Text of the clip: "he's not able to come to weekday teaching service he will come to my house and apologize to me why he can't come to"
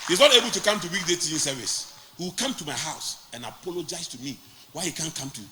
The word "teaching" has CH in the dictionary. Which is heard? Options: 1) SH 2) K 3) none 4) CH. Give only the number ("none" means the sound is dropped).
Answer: 3